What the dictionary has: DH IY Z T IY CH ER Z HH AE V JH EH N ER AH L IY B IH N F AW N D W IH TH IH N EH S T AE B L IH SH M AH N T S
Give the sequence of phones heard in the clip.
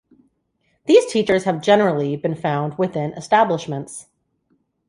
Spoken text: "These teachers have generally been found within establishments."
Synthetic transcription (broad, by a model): DH IY Z T IY CH ER Z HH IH V JH EH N ER L IY B IH N F AW N D W IH TH IH N EH S T AE B L IH SH M AH N T S